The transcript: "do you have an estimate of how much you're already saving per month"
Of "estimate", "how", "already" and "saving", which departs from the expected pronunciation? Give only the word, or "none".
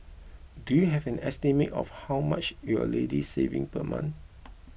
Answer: already